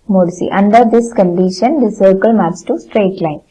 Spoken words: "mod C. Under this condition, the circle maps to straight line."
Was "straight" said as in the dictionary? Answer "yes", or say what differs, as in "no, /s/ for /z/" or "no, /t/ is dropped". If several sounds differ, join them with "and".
yes